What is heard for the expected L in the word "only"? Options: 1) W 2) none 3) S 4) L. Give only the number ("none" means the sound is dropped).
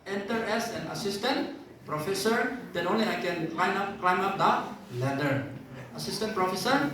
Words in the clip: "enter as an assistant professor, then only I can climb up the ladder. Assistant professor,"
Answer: 4